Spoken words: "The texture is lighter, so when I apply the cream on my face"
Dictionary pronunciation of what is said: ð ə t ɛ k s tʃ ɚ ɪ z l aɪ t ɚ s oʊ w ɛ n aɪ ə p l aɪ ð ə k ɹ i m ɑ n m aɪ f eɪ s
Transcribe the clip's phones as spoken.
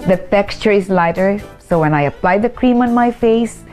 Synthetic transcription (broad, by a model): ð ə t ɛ k s tʃ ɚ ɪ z l aɪ t ɚ s oʊ w ɛ n aɪ ə p l aɪ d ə k ɹ i m ɑ n m aɪ f eɪ s